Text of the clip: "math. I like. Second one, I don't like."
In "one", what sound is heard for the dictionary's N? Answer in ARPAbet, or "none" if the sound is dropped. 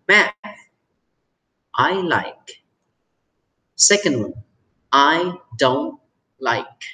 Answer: none